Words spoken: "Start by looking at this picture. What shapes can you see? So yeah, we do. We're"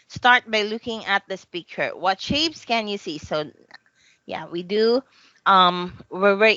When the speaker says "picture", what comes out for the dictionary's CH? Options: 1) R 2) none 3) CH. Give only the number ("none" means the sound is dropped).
2